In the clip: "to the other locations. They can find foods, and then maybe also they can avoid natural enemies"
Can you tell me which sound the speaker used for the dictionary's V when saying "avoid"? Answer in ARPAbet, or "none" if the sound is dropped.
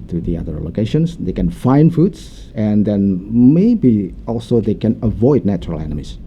V